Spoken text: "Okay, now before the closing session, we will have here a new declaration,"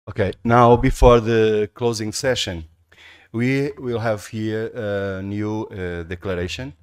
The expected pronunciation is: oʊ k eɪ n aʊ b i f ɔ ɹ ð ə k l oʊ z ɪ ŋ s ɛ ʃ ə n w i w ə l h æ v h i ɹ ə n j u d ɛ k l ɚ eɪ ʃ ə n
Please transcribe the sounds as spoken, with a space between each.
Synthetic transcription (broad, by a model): oʊ k eɪ n aʊ b i f ɔ ɹ ð ə k l oʊ z ɪ ŋ s ɛ ʃ ə n w i w ə l h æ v h i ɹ ə n j u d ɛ k l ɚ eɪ ʃ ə n